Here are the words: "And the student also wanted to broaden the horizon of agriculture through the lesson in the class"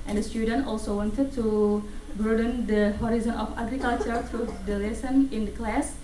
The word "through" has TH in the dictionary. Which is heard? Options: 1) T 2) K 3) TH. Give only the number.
1